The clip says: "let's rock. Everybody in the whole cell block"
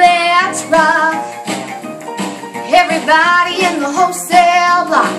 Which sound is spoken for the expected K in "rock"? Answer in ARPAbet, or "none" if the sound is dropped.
none